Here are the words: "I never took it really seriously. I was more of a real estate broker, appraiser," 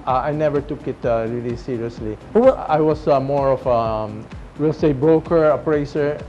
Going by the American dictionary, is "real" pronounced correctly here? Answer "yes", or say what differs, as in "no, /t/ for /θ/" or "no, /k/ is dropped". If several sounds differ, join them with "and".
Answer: no, /w/ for /ɹ/